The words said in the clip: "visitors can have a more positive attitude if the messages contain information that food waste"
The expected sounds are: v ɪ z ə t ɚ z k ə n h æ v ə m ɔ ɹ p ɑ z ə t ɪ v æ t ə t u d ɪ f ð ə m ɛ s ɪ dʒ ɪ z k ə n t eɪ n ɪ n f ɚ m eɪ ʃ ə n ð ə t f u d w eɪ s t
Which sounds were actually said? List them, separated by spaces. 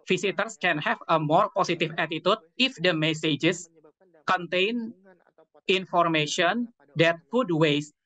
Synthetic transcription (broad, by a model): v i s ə t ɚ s k ə n h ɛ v ə m ɔ ɹ p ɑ s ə t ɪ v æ t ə t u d ɪ f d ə m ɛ s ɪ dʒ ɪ s k ə n t eɪ n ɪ n f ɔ m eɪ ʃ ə n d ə t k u d w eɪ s